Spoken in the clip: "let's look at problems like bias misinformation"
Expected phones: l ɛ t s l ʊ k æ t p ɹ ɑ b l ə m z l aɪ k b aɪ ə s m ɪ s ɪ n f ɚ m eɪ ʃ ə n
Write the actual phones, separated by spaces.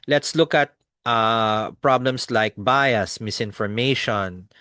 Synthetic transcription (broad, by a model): l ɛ t s l ʊ k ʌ t p ɹ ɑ b l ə m s l aɪ k b aɪ ə s m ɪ s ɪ n f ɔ m eɪ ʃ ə n